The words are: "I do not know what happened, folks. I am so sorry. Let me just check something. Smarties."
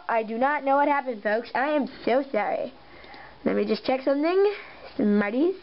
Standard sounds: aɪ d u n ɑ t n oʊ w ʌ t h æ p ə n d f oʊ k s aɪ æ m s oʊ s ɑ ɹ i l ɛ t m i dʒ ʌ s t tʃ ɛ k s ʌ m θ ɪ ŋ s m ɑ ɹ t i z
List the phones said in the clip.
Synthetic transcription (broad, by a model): aɪ d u n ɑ t n oʊ w ʌ t h æ p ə n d f oʊ k s aɪ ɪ m s oʊ s ɑ ɹ i l ɛ t m i dʒ ʌ s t tʃ ɛ k s ʌ m θ ɪ ŋ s m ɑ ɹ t i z